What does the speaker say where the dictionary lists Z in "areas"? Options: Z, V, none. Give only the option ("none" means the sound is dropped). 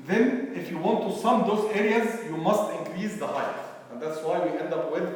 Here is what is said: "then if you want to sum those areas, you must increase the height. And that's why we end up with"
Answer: Z